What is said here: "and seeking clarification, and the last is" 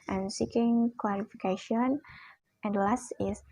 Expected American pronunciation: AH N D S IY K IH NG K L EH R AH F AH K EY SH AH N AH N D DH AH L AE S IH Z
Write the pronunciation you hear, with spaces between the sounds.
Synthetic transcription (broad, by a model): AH N S IY K IH NG K W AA L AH F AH K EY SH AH N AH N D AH L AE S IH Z